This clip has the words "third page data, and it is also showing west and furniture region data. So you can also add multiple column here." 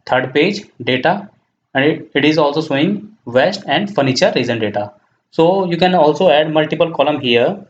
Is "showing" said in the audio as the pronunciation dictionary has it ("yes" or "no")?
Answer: no